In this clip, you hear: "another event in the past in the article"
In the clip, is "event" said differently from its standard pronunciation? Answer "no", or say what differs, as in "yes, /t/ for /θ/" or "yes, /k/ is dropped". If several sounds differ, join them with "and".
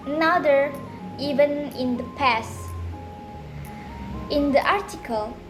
yes, /t/ is dropped